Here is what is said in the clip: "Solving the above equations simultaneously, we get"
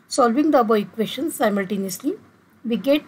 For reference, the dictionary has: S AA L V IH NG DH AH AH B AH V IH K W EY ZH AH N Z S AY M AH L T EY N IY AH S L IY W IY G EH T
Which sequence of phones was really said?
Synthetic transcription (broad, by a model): S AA L V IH NG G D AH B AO IH K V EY SH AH N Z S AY M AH L T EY N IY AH S L IY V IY G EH T